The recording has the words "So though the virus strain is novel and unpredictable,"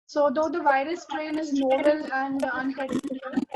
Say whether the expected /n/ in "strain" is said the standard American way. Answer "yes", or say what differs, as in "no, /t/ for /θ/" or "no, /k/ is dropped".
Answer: no, /l/ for /n/